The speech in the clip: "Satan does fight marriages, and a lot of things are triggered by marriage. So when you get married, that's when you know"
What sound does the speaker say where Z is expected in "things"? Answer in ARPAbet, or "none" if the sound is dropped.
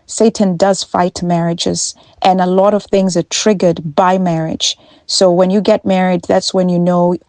Z